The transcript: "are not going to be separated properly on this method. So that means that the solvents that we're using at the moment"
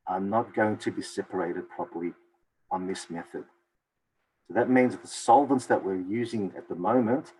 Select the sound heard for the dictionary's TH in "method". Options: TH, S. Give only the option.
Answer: TH